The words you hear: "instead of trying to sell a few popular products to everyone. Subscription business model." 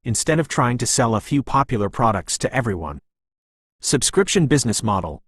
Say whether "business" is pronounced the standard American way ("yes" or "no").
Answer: yes